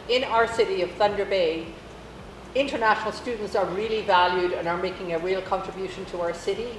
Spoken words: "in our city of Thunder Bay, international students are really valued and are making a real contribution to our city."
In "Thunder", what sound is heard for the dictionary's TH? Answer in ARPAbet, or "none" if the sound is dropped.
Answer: TH